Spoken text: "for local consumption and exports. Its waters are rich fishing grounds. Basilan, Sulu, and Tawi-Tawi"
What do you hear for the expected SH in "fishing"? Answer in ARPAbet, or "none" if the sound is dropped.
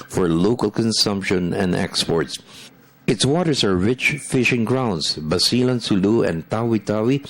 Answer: SH